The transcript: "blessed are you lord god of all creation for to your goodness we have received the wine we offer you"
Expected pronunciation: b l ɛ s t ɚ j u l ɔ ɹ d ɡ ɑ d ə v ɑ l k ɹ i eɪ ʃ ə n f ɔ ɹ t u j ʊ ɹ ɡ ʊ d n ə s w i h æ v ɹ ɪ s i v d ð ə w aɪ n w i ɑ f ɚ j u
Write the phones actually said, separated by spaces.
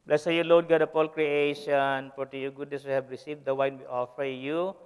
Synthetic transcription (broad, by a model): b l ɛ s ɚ j u l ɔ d ɡ ɑ d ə p ɑ l k ɹ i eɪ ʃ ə n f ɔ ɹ t u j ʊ ɡ ʊ d n ə s w i h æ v ɹ ɪ s i v d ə w aɪ n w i ɑ f ɚ j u